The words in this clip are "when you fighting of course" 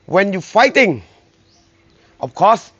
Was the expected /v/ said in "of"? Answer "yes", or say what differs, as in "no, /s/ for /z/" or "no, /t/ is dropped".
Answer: no, /f/ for /v/